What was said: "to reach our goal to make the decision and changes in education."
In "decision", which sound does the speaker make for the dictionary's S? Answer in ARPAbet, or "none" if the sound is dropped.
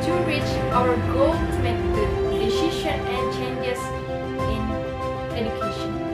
SH